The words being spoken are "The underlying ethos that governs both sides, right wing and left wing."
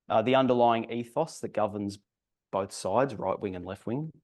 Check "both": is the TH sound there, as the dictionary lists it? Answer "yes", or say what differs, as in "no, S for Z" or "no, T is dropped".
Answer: yes